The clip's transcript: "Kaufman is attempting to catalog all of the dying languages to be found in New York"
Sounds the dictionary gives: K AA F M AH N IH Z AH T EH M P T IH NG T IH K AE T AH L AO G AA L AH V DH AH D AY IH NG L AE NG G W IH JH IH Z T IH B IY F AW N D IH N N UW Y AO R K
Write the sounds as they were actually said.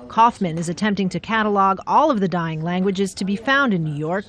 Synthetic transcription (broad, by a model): K AA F M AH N IH Z AH T EH M P T IH NG T IH K AE T AH L AO G AA L AH V DH AH D AY IH NG L AE NG G W IH JH IH Z T IH B IY F AW N D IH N N UW Y AO R K